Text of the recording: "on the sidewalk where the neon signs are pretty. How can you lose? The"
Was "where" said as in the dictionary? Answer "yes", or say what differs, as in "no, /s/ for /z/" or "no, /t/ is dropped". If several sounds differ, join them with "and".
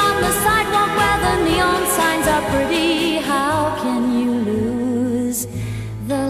no, /l/ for /ɹ/